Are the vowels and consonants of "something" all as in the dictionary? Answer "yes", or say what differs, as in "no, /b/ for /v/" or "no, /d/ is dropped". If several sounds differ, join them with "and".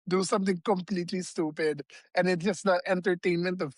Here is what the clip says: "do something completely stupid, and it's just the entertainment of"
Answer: no, /t/ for /θ/